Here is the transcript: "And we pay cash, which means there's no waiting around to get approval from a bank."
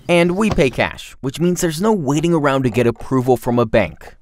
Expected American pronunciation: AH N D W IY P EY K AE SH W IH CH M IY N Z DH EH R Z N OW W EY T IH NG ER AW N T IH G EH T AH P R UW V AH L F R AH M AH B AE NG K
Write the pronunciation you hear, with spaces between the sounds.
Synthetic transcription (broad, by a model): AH N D W IY P EY K AE SH W IH CH M IY N Z DH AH R Z N OW W EY T IH NG ER AW N T IH G EH T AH P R UW V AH L F R AH M AH B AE NG K